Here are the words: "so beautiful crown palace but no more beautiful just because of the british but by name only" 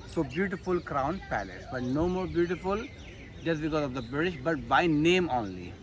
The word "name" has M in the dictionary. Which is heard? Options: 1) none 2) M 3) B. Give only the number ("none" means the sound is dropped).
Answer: 2